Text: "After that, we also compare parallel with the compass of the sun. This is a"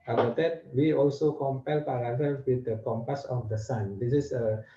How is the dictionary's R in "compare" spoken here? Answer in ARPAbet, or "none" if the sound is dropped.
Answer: L